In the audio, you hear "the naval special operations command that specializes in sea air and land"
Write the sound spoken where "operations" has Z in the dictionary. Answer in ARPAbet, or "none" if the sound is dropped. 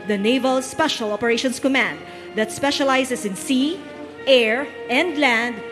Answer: S